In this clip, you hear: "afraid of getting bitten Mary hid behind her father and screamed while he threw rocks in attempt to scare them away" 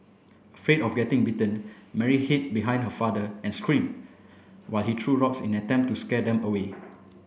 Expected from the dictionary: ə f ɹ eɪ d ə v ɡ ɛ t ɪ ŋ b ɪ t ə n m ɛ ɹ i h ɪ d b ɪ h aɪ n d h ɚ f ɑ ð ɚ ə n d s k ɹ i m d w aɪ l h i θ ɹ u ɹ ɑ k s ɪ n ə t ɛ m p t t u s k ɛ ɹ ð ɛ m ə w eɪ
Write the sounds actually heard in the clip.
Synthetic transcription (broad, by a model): ə f ɹ eɪ d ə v ɡ ɛ t ɪ ŋ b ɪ t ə n m ɛ ɹ i h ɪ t b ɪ h aɪ n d h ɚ f ɑ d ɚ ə n s k ɹ i m w aɪ l h i t ɹ u ɹ ɑ k s ɪ n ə t ɛ m p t t u s k ɛ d ɛ m ə w eɪ